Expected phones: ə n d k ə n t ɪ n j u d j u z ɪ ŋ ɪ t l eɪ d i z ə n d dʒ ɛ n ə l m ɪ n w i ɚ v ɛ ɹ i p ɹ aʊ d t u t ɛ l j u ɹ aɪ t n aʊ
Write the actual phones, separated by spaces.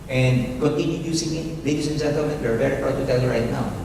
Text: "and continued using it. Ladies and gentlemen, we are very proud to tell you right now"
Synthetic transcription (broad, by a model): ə n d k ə n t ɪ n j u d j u s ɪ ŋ ɪ t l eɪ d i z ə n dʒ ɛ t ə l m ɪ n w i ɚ v ɛ ɹ i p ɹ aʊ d t u t ɛ l j u ɹ aɪ t n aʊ